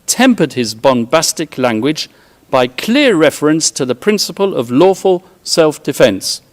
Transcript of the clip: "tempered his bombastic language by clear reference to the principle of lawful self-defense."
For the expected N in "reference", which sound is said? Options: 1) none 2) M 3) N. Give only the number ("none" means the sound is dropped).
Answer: 3